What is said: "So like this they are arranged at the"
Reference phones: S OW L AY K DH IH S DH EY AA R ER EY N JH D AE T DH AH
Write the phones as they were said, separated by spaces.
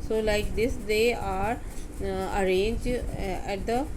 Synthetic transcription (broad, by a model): S OW L AY K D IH S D EY AA R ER EY N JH AE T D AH